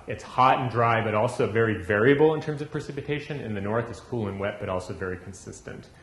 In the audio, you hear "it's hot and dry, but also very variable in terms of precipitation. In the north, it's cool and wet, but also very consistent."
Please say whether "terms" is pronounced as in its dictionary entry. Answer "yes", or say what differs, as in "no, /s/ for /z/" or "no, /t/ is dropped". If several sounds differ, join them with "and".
yes